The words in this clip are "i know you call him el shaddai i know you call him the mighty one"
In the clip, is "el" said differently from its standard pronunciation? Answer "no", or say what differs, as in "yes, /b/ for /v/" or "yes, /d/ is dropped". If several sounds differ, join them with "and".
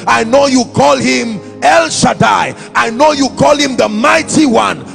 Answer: no